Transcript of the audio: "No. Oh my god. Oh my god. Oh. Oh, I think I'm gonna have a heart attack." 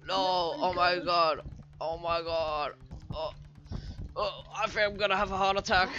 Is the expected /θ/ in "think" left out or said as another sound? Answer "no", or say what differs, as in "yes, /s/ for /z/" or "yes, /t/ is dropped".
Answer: yes, /f/ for /θ/